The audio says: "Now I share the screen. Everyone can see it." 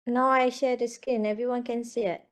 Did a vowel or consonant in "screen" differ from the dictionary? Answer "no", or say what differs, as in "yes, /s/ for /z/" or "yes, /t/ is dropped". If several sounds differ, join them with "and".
yes, /ɹ/ is dropped